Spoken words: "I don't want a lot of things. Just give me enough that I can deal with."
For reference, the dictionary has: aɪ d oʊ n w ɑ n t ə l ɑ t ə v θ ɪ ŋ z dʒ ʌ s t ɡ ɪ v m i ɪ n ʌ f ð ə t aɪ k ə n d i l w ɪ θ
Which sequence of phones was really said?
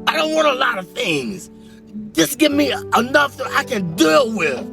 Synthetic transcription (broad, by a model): aɪ d oʊ n w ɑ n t ə l ɑ t ə v θ ɪ ŋ z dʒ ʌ s ɡ ɪ v m i ɪ n ʌ f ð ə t aɪ k ə n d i w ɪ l